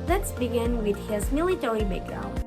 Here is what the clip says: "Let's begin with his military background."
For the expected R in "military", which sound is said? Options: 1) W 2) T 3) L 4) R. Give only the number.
3